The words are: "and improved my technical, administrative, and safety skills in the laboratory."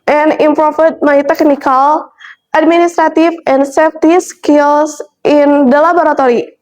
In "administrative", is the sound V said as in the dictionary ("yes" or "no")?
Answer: no